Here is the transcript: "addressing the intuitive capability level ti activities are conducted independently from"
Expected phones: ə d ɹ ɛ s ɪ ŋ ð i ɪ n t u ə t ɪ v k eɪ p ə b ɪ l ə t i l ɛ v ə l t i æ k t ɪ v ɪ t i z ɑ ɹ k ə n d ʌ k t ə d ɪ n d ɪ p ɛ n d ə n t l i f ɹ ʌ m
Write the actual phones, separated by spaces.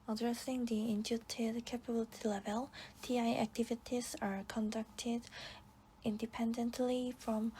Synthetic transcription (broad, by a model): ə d ɹ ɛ s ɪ ŋ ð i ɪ n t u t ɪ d k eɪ p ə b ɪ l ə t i l ɛ v ə l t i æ k t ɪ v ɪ t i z ɑ ɹ k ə n d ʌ k t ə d ɪ n d ɪ p ɛ n d ə n t l i f ɹ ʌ m